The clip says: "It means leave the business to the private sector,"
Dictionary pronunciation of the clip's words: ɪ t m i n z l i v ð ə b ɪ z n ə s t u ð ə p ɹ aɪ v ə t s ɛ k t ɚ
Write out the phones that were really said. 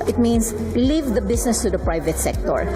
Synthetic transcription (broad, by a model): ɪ t m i n s l i v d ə b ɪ s n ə s t u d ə p ɹ aɪ v ə t s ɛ k t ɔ